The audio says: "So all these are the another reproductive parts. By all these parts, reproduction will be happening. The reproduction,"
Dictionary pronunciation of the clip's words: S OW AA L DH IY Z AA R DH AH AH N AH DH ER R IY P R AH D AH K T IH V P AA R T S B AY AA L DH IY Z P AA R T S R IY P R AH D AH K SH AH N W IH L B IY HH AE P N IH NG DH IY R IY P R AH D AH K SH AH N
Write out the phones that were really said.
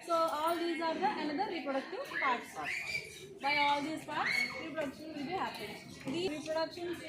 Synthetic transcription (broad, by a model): S OW AA L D IY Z AA R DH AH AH N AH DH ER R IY P R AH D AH K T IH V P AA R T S B AY AA L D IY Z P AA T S R IY P R AH D AH K SH AH N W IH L B IY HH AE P IH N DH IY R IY P R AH D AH K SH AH N